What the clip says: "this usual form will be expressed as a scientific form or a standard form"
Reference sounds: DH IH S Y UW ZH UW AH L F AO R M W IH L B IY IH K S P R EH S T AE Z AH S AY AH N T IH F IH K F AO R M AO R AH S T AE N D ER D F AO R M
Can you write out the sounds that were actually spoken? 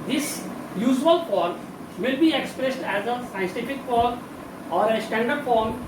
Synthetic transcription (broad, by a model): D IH S Y UW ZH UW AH L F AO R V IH L B IY IH K S P R EH S T AE Z AH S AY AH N T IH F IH K F AO R M AO R AH S T AE N D ER D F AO R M